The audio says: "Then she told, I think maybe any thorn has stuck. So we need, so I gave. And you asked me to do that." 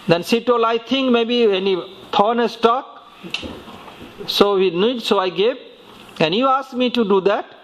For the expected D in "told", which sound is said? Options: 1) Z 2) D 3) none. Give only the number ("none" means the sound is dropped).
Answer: 3